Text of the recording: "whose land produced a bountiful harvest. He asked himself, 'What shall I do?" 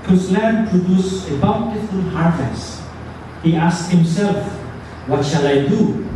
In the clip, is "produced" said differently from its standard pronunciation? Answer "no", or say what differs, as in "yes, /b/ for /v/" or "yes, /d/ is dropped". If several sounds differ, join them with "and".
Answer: yes, /t/ is dropped